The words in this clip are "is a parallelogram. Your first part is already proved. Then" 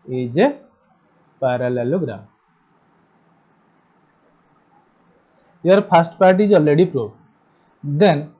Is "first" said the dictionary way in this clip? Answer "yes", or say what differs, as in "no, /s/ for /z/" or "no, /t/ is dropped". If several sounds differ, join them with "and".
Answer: no, /p/ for /f/